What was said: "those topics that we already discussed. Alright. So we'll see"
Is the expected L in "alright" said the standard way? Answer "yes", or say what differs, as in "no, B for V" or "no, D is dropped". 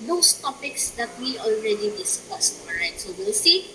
no, L is dropped